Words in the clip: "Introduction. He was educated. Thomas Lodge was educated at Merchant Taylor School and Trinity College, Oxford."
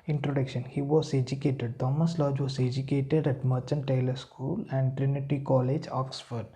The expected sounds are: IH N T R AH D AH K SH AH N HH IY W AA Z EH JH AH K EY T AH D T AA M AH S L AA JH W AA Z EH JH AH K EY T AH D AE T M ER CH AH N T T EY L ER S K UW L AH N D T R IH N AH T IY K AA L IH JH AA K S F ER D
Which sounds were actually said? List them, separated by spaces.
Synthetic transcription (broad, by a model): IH N T R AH D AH K SH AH N HH IY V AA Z EH JH AH K EY T AH D T AA M AH S L AA JH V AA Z EH JH AH K EY T AH D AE T M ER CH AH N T T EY L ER S K UW L AH N D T R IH N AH T IY K AA L IH JH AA K S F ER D